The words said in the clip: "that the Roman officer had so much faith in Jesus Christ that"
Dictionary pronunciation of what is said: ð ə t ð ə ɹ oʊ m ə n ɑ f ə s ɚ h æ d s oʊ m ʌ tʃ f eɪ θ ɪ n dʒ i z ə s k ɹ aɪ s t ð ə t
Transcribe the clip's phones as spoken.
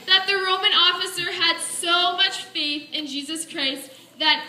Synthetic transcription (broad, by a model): ð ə t ð ə ɹ oʊ m ə n ɑ f ə s ɚ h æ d s oʊ m ʌ tʃ f eɪ θ ɪ n dʒ i z ə s k ɹ aɪ s t ð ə t